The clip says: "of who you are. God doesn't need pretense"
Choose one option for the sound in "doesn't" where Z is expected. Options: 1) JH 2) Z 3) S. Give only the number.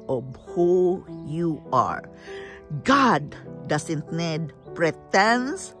3